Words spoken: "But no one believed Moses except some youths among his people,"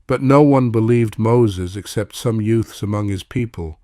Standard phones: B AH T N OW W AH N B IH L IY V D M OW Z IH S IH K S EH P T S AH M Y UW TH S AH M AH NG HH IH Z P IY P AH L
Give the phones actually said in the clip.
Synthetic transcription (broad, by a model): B AH T N OW W AH N B IH L IY V D M OW Z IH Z IH K S EH P T S AH M Y UW TH S AH M AH NG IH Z P IY P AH L